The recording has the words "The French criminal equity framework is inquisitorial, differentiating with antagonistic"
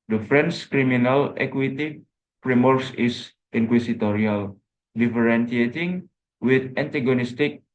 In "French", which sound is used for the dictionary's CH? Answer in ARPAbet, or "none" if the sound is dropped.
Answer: S